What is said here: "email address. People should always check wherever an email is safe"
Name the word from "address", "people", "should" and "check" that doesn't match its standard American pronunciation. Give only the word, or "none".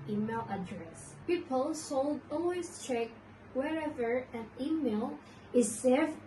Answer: should